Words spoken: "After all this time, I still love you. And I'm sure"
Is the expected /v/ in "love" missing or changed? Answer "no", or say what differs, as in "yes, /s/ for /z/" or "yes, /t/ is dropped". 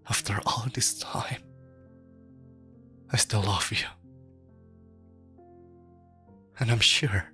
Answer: yes, /f/ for /v/